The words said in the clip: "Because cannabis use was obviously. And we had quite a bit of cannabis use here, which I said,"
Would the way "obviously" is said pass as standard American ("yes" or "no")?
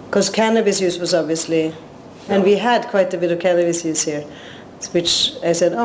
yes